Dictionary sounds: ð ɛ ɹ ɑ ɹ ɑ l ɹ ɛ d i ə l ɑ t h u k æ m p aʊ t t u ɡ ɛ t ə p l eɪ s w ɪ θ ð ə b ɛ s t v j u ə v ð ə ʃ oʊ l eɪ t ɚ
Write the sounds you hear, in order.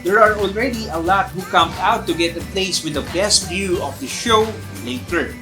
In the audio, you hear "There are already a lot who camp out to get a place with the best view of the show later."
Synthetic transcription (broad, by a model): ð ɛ ɹ ɑ ɹ ɑ l ɹ ɛ d i ə l ɑ t h u k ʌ m aʊ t t u ɡ ɛ t ə p l eɪ s w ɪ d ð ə b ɛ s t v j u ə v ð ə ʃ oʊ l eɪ t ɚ